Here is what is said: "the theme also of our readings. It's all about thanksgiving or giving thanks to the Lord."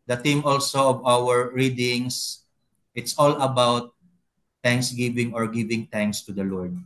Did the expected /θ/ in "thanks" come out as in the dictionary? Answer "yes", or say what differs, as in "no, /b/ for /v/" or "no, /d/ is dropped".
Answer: no, /t/ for /θ/